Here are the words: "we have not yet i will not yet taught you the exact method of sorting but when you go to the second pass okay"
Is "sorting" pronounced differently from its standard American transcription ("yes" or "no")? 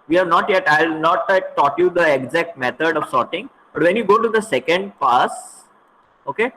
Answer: no